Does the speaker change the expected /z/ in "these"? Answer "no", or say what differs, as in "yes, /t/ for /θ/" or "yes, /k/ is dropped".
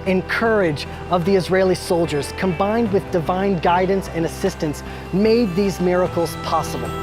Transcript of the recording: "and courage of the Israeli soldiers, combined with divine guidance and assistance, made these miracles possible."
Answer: no